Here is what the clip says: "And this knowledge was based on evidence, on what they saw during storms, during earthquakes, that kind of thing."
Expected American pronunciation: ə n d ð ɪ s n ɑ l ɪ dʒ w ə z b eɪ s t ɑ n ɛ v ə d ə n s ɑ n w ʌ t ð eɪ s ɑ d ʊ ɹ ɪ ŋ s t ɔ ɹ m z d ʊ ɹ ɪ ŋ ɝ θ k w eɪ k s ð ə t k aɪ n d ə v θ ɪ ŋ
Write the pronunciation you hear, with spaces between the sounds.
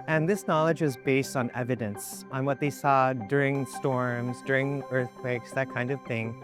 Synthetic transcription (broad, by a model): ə n ð ɪ s n ɑ l ɪ dʒ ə z b eɪ s t n ɛ v ə d ə n s n w ʌ t ð eɪ s ɑ d ʊ ɹ ɪ ŋ s t ɔ ɹ m z d ʊ ɹ ɪ ŋ ɝ θ k w eɪ k s ð ə t k aɪ n d ə v θ ɪ ŋ